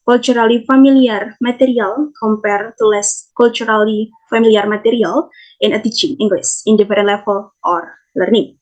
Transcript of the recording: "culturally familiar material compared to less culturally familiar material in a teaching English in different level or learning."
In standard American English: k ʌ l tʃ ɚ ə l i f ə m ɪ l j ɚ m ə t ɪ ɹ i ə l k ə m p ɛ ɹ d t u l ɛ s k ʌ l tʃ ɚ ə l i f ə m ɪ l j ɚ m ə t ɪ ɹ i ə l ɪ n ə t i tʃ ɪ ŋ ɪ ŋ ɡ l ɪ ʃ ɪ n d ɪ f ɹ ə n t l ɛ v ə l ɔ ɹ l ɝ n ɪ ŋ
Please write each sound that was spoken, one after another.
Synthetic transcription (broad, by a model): k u l tʃ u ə l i f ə m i l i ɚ m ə t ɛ ɹ i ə l k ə m p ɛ ɹ t u l ɛ s k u l tʃ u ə l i f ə m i l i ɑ m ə t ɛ ɹ i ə l ɪ n ə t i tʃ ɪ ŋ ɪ ŋ ɡ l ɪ s ɪ n d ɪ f ɹ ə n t l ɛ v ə l ɔ ɹ l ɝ n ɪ ŋ